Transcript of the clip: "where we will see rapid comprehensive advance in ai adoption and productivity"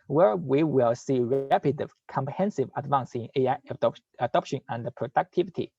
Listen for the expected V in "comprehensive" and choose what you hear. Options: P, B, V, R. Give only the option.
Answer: V